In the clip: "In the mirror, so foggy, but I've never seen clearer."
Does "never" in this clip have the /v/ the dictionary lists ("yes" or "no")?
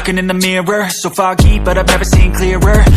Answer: yes